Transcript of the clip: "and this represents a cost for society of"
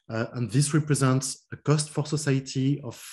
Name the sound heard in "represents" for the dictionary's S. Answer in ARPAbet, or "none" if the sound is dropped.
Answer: S